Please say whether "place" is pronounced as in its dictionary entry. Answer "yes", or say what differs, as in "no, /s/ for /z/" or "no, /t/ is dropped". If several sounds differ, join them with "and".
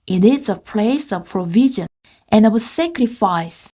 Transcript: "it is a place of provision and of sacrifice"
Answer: yes